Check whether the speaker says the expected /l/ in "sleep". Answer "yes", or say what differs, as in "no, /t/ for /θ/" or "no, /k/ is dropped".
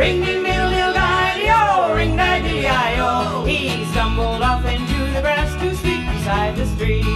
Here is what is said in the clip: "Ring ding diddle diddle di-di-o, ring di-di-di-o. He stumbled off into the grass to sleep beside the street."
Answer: no, /l/ is dropped